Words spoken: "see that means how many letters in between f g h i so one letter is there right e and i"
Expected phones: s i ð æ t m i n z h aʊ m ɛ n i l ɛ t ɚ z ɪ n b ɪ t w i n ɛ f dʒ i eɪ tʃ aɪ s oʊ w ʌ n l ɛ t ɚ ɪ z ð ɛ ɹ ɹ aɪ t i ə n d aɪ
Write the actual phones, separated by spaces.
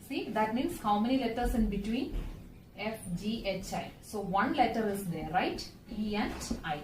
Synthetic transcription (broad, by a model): s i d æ t m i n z h aʊ m ɛ n i l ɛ t ɚ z ɪ n b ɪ t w i n ɛ f dʒ i eɪ tʃ aɪ s oʊ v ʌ n l ɛ t ɚ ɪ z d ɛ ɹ ɹ aɪ t i ə n d aɪ